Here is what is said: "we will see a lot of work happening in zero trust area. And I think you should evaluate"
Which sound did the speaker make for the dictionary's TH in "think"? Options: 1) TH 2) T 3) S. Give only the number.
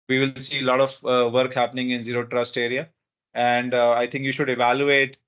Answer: 2